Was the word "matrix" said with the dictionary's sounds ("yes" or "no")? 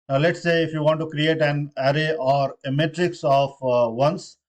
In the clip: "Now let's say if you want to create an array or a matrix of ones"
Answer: yes